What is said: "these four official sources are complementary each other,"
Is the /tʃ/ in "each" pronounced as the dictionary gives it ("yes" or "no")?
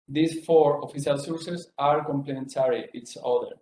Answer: no